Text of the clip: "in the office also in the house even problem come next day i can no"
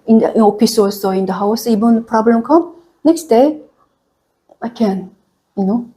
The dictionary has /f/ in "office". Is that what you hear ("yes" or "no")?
no